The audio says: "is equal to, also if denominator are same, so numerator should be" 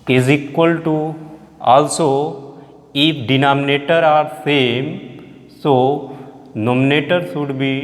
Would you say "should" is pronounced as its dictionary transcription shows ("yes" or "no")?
no